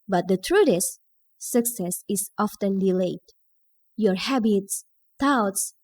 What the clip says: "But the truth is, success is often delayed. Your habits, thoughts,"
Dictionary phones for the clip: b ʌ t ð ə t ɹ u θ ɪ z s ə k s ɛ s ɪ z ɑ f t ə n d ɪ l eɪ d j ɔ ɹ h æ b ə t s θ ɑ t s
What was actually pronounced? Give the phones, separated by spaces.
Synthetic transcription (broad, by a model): b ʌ t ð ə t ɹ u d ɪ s s ə k s ɛ s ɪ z ɑ f t ə n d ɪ l eɪ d j ɔ ɹ h æ b ə t s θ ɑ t s